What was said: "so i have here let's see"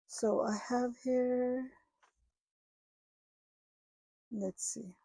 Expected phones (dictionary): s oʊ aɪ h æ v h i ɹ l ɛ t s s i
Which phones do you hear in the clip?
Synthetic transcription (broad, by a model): s oʊ aɪ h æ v h i ɹ n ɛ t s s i